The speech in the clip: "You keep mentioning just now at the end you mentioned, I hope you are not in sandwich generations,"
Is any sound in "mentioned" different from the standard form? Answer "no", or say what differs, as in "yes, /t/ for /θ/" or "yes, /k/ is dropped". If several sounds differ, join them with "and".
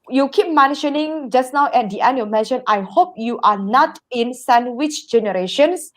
yes, /d/ is dropped